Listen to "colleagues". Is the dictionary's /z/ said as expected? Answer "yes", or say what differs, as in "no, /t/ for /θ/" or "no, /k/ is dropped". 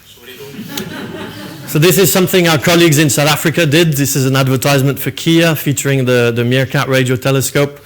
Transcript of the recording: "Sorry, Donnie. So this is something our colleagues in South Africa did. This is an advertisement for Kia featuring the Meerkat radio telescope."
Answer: yes